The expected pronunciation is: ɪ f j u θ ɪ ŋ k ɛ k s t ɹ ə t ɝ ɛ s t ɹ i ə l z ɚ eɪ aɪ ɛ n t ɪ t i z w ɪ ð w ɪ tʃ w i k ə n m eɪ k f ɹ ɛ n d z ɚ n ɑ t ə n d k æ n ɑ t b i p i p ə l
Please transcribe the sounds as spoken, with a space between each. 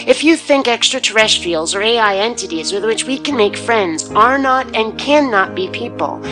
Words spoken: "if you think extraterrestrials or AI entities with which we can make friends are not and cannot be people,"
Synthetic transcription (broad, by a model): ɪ f j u θ ɪ ŋ k ɛ k s t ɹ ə t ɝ ɛ s t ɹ i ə l z ɚ eɪ aɪ ɛ n t ɪ t i z w ɪ ð w ɪ tʃ w i k ə n m eɪ k f ɹ ɛ n d z ɚ n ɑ t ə n k æ n ɑ t b i p i p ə l